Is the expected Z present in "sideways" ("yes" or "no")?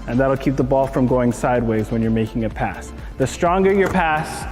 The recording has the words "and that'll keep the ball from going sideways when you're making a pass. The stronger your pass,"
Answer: yes